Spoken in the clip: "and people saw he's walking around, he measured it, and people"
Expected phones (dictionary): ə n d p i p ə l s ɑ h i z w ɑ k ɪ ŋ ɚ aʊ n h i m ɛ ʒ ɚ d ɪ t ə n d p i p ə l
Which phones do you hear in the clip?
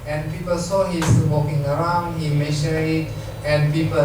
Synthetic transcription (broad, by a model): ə n p i p ə l s ɑ h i s w ɑ k ɪ ŋ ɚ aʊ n h i m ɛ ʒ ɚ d ɪ t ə n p i p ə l